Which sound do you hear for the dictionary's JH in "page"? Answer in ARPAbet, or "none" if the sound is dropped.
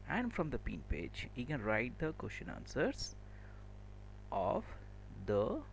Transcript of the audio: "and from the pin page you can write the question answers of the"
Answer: JH